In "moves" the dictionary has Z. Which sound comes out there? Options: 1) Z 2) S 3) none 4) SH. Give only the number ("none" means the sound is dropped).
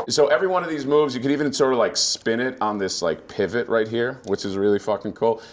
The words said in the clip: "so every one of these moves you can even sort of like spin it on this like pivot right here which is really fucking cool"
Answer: 1